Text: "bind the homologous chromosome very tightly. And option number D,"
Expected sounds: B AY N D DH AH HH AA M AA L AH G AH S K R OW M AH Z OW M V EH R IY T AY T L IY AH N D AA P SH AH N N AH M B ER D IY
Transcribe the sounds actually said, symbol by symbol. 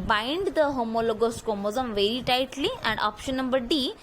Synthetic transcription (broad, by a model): B AY N D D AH HH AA M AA L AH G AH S K OW M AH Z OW M V EH R IY T AY T L IY AH N D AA P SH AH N N AH M B ER D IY